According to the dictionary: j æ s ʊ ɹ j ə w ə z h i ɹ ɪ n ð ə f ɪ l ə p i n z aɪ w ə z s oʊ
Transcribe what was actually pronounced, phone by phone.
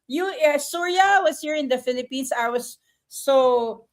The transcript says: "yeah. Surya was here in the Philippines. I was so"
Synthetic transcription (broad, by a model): j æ s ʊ ɹ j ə w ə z h i ɹ ɪ n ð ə f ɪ l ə p i n s aɪ w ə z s oʊ